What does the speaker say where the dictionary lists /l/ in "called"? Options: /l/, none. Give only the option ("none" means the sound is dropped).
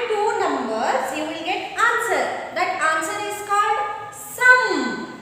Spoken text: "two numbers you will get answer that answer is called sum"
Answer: /l/